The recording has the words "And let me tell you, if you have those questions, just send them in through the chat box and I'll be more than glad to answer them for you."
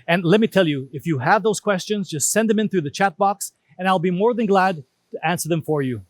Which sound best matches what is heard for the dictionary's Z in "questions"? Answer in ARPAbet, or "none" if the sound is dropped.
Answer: Z